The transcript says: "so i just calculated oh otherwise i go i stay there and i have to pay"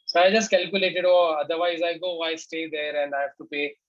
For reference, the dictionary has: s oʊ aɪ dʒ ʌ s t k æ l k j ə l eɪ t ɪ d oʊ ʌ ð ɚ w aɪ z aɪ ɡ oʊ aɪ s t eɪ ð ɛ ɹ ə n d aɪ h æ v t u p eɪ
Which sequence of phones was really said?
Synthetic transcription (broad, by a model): s oʊ aɪ dʒ ʌ s t k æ l k j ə l eɪ t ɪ d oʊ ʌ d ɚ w aɪ z aɪ ɡ oʊ aɪ s t eɪ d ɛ ɹ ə n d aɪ h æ f t u p eɪ